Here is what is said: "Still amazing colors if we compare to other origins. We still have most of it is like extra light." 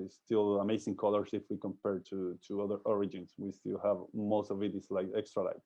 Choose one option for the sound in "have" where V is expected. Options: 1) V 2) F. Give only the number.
1